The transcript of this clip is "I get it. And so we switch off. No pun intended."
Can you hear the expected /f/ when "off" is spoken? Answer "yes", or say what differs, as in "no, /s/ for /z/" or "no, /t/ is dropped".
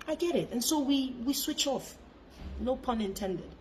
yes